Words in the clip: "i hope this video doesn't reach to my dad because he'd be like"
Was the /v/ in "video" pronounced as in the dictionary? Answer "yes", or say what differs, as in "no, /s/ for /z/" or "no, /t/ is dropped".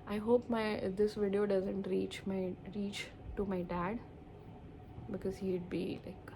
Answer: yes